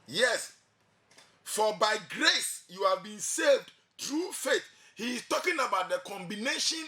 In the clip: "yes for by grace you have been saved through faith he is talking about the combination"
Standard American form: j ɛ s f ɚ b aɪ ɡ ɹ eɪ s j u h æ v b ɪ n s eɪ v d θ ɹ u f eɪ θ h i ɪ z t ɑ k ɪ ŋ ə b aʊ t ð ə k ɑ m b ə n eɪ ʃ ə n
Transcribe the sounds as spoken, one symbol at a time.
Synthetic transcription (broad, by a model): j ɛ s f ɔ b aɪ ɡ ɹ eɪ s j u h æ v b ɪ n s eɪ v d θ ɹ u f eɪ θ h i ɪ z t ɑ k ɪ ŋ ə b aʊ t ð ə k ɑ m b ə n eɪ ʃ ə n